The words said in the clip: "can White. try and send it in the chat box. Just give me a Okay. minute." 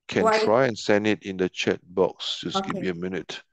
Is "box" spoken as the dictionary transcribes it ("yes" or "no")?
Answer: yes